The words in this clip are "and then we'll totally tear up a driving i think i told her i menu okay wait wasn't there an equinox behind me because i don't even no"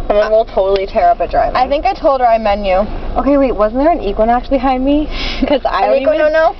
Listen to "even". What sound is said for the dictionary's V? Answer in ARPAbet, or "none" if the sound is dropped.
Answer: none